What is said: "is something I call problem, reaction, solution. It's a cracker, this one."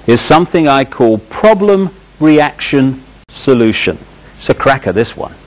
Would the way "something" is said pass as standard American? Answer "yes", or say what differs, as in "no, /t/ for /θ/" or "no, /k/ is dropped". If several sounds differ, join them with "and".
yes